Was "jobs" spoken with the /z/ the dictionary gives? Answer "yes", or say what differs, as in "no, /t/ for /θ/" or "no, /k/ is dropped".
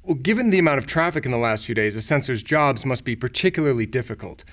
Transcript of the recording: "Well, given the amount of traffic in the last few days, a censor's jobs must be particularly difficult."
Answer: yes